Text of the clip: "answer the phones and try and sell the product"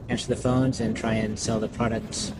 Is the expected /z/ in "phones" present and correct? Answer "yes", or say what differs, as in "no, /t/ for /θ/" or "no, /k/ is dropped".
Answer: yes